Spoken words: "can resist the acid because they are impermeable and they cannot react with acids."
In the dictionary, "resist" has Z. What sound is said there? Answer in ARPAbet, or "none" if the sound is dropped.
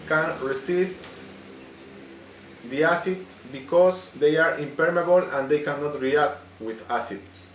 S